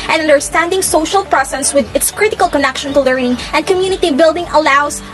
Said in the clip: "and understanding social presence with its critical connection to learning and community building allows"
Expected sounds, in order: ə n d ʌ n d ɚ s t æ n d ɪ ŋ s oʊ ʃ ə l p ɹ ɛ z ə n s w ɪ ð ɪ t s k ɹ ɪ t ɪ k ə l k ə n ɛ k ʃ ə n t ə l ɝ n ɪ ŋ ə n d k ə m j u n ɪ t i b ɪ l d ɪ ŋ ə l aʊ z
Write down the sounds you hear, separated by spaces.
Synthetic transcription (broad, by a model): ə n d ʌ n d ɚ s t æ n d ɪ ŋ s oʊ ʃ ə l p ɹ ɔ s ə s w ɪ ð ɪ t s k ɹ ɪ t ɪ k ə l k ə n ɛ k ʃ ə n t ə l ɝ n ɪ ŋ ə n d k ə m j u n ɪ t i b ɪ l d ɪ ŋ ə l aʊ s